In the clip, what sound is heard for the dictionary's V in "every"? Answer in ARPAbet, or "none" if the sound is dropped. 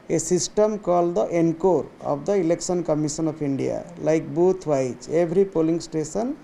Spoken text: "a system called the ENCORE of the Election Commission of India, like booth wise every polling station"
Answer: B